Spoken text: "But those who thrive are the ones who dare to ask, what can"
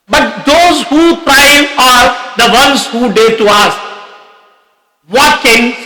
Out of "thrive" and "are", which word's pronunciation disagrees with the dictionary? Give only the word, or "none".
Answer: thrive